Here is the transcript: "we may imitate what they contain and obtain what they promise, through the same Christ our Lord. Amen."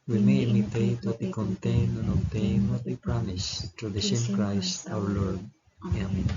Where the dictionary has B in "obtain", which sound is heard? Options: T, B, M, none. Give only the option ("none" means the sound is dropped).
none